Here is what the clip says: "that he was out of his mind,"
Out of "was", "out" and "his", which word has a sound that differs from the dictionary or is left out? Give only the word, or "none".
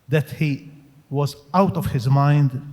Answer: none